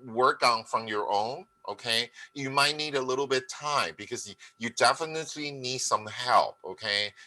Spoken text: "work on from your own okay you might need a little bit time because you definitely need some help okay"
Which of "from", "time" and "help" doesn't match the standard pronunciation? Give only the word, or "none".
none